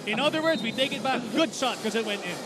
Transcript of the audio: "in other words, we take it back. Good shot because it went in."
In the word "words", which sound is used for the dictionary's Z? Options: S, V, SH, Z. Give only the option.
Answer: Z